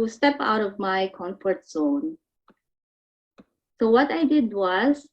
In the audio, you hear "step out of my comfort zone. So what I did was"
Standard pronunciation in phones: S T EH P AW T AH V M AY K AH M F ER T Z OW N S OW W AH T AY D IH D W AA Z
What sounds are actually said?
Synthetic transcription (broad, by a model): S T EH P AW T AH V M AY K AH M F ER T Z OW N S OW W AH T AY D IH D W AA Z